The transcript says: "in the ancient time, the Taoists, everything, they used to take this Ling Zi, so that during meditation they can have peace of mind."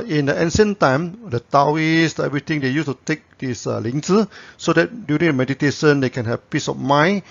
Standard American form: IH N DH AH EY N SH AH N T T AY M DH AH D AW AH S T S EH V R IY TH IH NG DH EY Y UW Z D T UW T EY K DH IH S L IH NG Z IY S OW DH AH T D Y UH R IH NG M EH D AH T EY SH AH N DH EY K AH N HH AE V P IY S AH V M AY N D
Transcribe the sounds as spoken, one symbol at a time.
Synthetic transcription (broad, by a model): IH N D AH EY N S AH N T T AY M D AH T AW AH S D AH EH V R IY T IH NG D EY Y UW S T UW T EY K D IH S L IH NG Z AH S OW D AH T D Y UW R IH NG M EH D AH T EY SH AH N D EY K AH N HH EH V P IY S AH F M AY N